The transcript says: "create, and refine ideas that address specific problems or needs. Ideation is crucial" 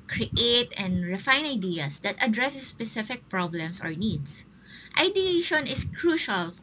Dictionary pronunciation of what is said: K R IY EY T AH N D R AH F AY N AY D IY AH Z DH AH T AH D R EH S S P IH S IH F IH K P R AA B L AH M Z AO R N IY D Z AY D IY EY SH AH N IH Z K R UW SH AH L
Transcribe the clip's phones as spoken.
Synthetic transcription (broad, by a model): K R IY EY T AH N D R AH F AY N AY D IY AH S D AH T AH D R EH S S P IH S IH F IH K P R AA B L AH M S AO R N IY D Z AY D IY EY SH AH N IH S K R UW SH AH L